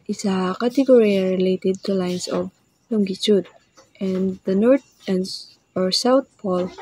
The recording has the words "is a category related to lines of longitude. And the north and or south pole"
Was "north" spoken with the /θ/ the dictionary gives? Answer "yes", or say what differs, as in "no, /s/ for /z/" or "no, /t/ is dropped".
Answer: no, /t/ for /θ/